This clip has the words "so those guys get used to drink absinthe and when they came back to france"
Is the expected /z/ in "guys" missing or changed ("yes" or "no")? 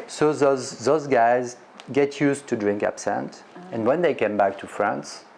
no